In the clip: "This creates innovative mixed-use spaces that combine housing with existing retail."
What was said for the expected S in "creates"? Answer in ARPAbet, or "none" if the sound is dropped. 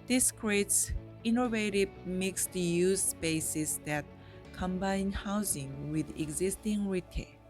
S